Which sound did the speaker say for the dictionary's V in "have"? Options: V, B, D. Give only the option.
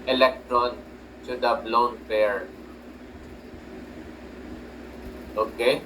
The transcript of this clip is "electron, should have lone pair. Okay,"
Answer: B